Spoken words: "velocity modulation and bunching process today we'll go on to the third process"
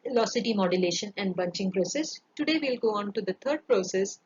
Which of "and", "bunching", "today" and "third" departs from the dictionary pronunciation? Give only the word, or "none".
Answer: third